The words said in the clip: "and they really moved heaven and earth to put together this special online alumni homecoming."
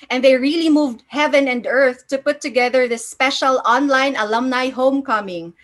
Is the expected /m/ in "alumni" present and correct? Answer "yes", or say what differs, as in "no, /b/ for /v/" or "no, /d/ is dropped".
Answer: yes